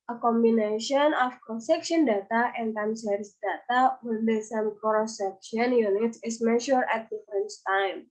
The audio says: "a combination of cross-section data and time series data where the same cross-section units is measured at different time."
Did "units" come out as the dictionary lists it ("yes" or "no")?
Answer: yes